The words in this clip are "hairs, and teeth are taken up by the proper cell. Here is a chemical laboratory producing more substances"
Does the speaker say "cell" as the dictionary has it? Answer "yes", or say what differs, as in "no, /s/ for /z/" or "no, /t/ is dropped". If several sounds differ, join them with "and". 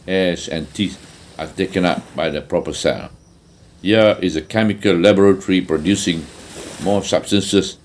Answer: no, /n/ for /l/